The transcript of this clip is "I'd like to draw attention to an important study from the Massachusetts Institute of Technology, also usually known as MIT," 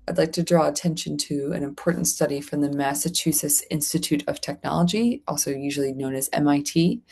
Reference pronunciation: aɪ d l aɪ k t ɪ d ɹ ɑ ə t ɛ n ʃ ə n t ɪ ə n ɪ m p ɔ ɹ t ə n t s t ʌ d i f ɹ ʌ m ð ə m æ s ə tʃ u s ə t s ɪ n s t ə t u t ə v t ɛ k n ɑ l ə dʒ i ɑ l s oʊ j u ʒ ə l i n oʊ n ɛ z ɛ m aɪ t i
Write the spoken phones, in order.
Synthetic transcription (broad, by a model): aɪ d l aɪ k t ɪ d ɹ ɑ ə t ɛ n ʃ ə n t ɪ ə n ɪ m p ɔ ɹ t n t s t ʌ d i f ɹ ʌ m ð ə m æ s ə tʃ u s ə s ɪ n s t ə t u t ə v t ɛ k n ɑ l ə dʒ i ɑ l s oʊ j u ʒ l i n oʊ n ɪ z ɛ m aɪ t i